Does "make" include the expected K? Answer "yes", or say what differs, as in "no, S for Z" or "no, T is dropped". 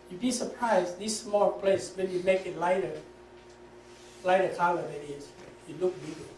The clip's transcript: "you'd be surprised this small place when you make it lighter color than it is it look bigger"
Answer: yes